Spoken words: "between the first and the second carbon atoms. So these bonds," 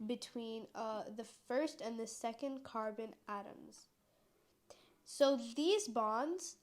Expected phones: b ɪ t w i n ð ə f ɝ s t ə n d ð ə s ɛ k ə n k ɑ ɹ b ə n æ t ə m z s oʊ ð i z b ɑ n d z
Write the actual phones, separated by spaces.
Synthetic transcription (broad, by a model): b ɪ t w i n ð ə f ɝ s t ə n ð ə s ɛ k ə n k ɑ ɹ b ə n æ t ə m z s oʊ ð i z b ɑ n d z